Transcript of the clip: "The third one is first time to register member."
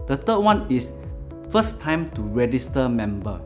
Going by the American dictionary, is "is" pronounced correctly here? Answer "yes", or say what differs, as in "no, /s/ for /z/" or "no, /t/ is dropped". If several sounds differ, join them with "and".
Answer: no, /s/ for /z/